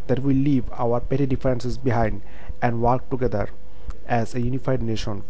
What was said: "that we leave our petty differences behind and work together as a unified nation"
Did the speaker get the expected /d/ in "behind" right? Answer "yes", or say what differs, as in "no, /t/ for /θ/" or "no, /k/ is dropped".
yes